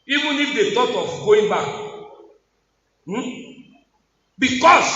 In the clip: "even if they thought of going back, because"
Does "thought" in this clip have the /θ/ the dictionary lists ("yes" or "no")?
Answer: no